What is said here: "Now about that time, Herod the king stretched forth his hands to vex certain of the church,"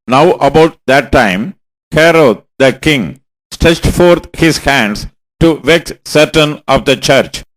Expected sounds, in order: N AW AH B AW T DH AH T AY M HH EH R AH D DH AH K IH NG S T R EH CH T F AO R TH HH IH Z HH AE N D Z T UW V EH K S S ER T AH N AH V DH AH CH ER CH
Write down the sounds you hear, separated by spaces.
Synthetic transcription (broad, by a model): N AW AH B AW T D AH T AY M HH EH R AH D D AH K IH NG S T R EH CH T F AO R T HH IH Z HH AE N D S T UW V EH K S S ER T AH N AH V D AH CH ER CH